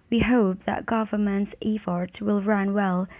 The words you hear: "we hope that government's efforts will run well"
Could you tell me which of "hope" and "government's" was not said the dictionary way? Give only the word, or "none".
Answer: none